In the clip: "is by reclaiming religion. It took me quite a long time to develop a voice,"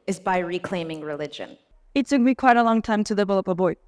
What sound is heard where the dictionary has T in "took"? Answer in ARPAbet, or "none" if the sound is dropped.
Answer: S